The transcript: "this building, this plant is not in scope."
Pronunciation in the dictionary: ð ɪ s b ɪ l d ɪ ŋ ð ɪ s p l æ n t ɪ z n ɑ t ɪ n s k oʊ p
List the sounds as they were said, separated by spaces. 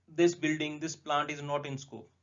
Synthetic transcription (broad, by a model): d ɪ s b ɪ l d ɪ ŋ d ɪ s p l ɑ n t ɪ z n ɑ t ɪ n s k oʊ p